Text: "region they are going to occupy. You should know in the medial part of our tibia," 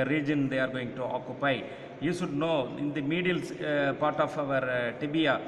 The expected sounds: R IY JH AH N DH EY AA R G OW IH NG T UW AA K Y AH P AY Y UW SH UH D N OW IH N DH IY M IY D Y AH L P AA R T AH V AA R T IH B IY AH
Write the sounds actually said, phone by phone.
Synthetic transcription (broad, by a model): R IY JH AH N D EY AA R G OW IH NG T UW AA K Y AH P AY Y UW SH UH D N OW IH N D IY M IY D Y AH L P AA R T AH V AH R T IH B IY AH